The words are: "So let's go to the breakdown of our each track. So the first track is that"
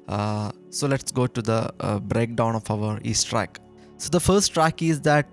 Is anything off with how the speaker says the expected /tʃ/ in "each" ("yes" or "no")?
yes